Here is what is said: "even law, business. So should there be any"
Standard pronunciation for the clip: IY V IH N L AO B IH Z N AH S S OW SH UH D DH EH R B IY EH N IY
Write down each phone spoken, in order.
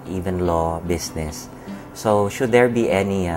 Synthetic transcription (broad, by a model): IY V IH N L AO B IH S N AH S S OW SH UH D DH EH R B IY EH N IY